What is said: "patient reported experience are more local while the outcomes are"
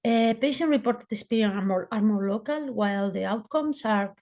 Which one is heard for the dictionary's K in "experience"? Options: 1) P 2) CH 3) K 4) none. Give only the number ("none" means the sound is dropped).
4